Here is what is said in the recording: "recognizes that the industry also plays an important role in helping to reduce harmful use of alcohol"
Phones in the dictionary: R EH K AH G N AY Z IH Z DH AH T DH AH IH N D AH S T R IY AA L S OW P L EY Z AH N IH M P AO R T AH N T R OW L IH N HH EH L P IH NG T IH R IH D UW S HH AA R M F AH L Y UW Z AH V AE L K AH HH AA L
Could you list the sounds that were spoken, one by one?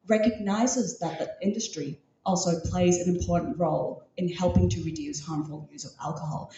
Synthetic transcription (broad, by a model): R EH K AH G N AY Z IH Z DH AH T DH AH IH N D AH S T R IY AA L S OW P L EY Z AH N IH M P AO R T N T R OW L IH N HH EH L P IH NG T IH R IH D UW S HH AA R M F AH L Y UW Z AH V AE L K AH HH AA L